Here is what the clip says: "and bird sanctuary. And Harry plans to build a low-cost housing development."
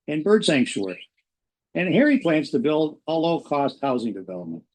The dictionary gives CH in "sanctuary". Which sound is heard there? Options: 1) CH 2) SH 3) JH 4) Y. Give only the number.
2